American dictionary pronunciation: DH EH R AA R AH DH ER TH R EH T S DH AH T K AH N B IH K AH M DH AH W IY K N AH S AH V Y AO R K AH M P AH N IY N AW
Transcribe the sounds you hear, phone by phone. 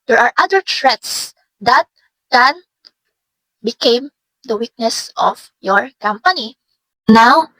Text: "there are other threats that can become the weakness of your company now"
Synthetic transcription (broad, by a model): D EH R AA R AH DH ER T R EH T S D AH T K AH N B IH K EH M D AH W IY K N AH S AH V Y AO R K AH M P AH N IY N AW